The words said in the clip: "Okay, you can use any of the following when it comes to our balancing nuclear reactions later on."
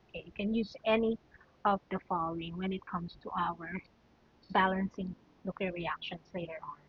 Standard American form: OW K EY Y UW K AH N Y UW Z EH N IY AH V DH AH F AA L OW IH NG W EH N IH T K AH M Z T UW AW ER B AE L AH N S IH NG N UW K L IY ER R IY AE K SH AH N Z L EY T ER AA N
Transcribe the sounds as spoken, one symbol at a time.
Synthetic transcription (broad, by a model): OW K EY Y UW K AH N Y UW Z EH N IY AH V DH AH F AA L OW IH NG W EH N IH T K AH M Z T UW AW ER B AE L AH N S IH NG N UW K IY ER R IY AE K SH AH N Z L EY T ER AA N